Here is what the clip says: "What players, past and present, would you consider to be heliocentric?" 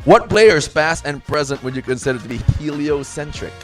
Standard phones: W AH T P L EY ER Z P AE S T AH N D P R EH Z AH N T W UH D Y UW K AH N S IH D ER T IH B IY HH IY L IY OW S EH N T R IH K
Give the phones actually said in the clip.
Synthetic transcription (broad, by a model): W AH T B L EY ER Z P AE S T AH N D P R EH Z AH N T W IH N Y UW K AH N S IH D ER T IH B IY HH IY L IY OW S EH N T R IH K